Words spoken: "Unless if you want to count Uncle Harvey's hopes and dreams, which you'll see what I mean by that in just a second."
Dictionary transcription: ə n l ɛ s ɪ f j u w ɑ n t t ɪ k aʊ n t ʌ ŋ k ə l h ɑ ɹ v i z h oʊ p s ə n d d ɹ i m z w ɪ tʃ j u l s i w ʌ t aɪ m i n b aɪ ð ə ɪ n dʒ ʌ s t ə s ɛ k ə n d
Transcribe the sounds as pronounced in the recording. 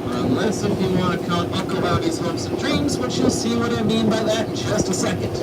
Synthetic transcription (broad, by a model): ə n l ɛ s ɪ f j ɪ w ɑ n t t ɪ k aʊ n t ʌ k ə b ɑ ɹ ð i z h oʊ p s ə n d d ɹ i m z w ɪ tʃ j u l s i w ʌ t aɪ m i n b aɪ ð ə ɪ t dʒ ʌ s t ə s ɛ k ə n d